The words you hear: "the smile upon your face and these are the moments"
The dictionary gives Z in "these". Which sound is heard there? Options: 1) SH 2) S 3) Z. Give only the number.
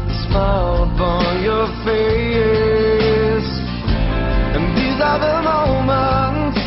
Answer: 3